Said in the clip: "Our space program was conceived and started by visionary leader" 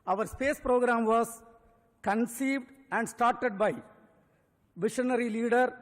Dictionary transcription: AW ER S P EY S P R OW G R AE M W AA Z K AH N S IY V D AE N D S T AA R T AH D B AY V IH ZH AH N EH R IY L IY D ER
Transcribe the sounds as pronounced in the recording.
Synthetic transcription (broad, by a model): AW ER S P EY S P R OW G R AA M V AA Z K AH N S IY V D AE N D S T AA R T AH D B AY V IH SH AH N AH R IY L IY D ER